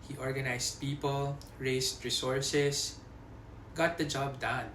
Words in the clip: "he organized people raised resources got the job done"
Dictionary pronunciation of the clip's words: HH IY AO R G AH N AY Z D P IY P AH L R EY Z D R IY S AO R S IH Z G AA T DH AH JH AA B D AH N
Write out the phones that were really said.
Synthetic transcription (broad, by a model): HH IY AO R G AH N AY S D P IY P AH L R EY S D R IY S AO R S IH S G AA T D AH JH AA B D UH N